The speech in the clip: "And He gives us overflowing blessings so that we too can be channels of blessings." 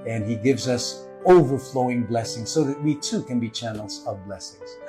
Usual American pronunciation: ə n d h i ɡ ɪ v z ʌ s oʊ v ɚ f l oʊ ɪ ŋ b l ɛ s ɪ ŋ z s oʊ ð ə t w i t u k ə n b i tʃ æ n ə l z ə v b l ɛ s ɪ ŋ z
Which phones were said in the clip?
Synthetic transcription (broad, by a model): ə n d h i ɡ ɪ v z ʌ s oʊ v ɚ f l oʊ ɪ ŋ b l ɛ s ɪ ŋ z s oʊ ð ə t w i t u k ə n b i tʃ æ n l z ə v b l ɛ s ɪ ŋ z